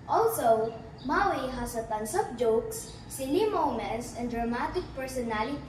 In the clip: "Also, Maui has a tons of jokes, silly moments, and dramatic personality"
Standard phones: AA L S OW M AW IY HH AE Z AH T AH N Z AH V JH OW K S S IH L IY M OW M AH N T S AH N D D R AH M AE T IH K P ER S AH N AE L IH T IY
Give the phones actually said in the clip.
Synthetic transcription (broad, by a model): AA L S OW M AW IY HH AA S AH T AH N S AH P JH OW K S S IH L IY M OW M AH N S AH N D D R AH M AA T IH K P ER S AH N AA L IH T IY